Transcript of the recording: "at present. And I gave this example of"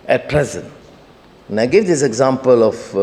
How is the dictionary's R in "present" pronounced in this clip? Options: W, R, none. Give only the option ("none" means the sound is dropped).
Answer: R